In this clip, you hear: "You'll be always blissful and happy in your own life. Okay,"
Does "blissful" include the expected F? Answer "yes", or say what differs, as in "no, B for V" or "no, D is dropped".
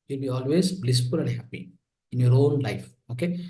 no, P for F